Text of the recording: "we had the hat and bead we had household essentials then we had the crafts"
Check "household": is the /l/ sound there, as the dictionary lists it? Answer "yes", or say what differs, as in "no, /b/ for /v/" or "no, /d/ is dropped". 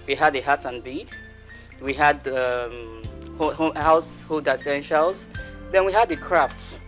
no, /l/ is dropped